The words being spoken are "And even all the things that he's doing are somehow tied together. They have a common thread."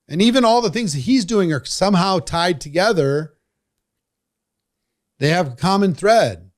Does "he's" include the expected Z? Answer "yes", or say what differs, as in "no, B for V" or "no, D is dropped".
yes